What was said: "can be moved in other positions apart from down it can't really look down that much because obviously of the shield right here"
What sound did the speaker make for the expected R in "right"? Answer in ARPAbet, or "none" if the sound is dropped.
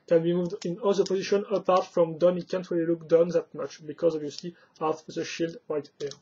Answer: W